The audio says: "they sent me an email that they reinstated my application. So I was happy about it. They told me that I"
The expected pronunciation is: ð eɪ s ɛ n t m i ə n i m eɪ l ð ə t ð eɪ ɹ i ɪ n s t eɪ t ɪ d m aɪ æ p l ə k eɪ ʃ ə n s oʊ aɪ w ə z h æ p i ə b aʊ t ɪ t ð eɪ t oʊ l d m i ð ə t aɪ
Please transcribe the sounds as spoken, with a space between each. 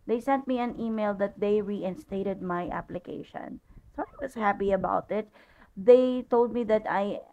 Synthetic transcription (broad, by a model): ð eɪ s ɛ n t m i ə n i m eɪ l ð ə t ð eɪ ɹ i ɪ n s t eɪ t ɪ d m aɪ æ p l ə k eɪ ʃ ə n s oʊ aɪ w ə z h æ p i ə b aʊ t ɪ t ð eɪ t oʊ l d m i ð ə t aɪ